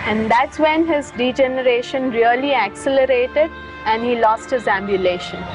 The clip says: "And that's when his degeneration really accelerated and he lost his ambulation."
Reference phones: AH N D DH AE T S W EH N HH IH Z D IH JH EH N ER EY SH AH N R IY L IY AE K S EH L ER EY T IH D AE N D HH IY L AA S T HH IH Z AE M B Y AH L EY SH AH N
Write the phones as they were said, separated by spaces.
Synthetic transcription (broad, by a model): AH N D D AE T S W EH N HH IH Z D IH JH EH N ER EY SH AH N R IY L IY AE K S EH L ER EY T IH D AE N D HH IY L AA S T HH IH Z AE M B Y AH L EY SH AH N